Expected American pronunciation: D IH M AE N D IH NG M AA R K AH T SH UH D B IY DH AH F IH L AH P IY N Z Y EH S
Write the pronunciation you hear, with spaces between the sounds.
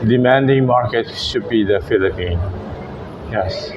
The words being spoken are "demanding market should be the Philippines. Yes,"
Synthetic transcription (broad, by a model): D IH M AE N D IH NG M AA R K AH T SH UH D B IY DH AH F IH L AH P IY N Y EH S